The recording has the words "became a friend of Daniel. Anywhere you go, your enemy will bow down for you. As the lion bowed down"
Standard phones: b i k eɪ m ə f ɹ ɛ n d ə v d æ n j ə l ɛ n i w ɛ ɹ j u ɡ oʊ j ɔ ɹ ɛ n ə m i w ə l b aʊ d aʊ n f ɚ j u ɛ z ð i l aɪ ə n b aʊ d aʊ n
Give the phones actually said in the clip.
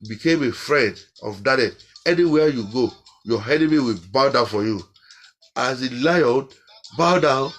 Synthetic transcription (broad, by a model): b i k eɪ m ə f ɹ ɛ n d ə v d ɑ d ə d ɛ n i w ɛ j u ɡ oʊ j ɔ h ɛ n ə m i w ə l b aʊ d aʊ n f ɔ j u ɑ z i l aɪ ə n b aʊ d aʊ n